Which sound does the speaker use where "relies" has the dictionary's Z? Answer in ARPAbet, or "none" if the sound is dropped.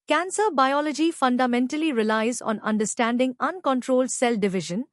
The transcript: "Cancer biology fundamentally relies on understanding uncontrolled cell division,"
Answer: Z